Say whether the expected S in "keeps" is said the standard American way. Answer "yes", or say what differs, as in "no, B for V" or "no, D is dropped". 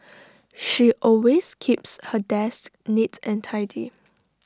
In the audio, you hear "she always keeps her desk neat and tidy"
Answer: yes